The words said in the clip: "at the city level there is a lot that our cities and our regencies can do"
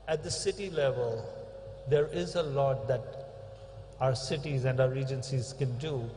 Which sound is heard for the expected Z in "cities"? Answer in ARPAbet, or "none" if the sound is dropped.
Z